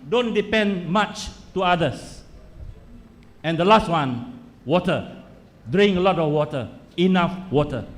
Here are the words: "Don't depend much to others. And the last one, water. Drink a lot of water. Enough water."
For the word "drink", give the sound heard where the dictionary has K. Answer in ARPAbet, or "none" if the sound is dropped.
none